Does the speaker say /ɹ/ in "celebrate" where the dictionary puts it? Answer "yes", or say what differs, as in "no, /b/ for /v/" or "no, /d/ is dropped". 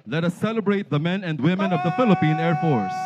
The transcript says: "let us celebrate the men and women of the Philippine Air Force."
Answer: yes